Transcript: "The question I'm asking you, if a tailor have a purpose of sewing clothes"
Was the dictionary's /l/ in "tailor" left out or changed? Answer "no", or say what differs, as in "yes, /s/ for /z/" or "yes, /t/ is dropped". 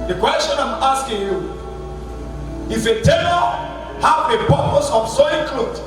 yes, /n/ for /l/